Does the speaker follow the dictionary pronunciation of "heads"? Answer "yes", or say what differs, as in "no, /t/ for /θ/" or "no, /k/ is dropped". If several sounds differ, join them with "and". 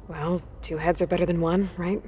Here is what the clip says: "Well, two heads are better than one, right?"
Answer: yes